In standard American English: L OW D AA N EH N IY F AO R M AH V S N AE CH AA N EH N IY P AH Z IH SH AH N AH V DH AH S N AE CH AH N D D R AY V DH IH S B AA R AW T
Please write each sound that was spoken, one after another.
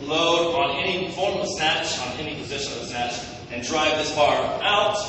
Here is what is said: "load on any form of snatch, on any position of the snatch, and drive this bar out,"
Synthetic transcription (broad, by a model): L OW D AA N EH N IY F AO R M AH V S N AE CH N EH N IY P AH Z IH SH AH N AH V S N AE CH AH N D D R AY V DH IH S B AA R AW T